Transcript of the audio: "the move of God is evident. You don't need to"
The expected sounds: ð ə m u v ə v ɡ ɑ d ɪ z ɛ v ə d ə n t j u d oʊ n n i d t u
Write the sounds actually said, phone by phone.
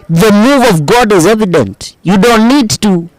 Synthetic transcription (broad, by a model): ð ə m u v ə v ɡ ɑ d ɪ z ɛ v ə d ə n t j u d oʊ n n i d t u